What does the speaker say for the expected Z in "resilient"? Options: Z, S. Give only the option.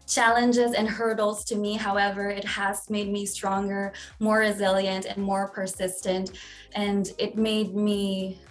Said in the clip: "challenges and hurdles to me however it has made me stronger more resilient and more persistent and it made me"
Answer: Z